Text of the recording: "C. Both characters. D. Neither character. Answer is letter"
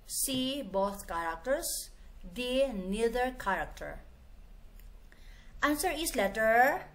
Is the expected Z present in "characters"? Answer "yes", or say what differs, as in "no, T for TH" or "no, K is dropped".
no, S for Z